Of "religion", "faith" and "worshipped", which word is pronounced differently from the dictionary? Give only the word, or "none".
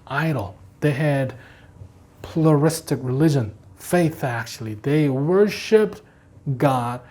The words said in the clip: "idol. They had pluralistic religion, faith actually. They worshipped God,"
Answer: none